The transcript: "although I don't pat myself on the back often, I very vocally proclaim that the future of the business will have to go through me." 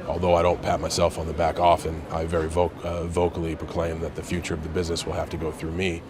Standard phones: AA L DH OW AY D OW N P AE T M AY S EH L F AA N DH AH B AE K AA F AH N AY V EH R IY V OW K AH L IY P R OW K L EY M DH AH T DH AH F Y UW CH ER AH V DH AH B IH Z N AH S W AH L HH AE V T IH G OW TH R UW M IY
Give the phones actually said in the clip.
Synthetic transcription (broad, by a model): AA L DH OW AY D OW N P AE T M AY S EH L F N DH AH B AE K AA F AH N AY V EH R IY V OW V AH L IY P R OW K L EY M DH AH T DH AH F Y UW CH ER AH V DH AH B IH Z N AH S W AH L HH AE F T IH G OW TH R UW M IY